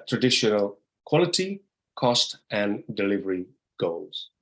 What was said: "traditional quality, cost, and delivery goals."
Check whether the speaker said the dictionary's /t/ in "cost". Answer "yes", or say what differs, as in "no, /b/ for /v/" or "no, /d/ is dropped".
yes